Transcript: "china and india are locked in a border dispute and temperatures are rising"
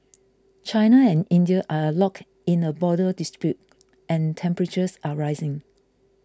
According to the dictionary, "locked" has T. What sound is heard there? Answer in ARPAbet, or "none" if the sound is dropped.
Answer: none